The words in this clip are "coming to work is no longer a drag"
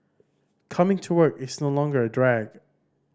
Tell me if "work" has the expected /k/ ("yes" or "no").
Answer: yes